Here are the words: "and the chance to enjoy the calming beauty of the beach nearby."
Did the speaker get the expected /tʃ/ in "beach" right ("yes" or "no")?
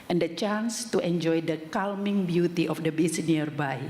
no